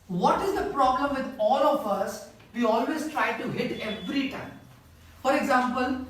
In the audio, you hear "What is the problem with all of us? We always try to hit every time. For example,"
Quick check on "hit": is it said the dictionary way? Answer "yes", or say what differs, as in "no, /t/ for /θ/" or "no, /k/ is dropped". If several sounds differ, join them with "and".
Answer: yes